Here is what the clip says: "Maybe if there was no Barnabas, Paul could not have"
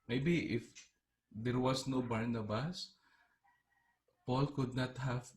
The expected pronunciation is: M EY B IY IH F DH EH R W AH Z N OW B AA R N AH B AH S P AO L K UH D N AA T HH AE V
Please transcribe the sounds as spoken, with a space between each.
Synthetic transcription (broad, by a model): M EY B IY IH F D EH R W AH S N OW B AA R N AH B AH S P AO L K UH D N AA T HH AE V